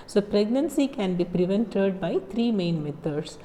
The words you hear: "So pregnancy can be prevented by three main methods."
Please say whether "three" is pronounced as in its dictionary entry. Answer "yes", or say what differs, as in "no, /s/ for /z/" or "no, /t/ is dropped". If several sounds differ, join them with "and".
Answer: no, /t/ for /θ/